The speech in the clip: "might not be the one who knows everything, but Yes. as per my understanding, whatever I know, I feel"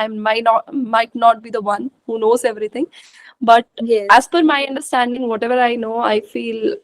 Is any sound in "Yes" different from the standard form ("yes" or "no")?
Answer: yes